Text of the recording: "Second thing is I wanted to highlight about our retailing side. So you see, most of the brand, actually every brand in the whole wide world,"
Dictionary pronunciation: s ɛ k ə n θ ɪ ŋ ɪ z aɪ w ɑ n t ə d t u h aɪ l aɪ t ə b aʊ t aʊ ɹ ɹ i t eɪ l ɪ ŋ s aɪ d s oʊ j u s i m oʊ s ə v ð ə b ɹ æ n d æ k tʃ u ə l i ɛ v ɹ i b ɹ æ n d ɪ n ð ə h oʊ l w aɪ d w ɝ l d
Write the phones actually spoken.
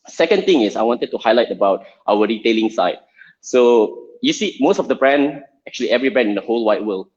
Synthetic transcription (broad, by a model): s ɛ k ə n t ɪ ŋ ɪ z aɪ w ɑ n t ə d t u h aɪ l aɪ t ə b aʊ t aʊ w ɹ i t eɪ l ɪ ŋ s aɪ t s oʊ j u s i m oʊ s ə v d ə b ɹ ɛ n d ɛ k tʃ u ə l i ɛ v ɹ i b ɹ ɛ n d ɪ n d ə h oʊ l w aɪ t w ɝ l